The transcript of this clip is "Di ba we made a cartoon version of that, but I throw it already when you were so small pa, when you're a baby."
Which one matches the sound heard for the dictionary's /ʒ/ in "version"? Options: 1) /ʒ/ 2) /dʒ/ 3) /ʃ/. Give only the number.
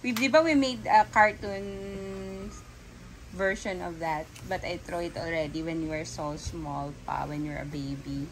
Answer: 3